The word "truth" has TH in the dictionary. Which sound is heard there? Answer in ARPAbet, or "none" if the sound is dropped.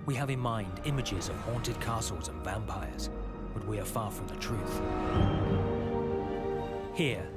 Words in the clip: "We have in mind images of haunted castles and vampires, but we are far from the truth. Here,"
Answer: TH